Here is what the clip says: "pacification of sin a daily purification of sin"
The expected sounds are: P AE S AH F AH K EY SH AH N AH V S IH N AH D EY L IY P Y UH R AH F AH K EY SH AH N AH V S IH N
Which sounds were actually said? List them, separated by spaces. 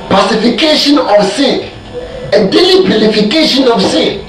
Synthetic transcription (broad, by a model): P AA S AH F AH K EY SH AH N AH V S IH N AH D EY L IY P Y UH L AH F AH K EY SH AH N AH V S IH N